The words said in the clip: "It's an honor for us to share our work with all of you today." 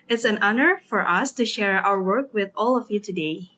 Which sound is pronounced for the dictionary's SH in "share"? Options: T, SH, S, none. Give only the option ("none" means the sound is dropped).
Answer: SH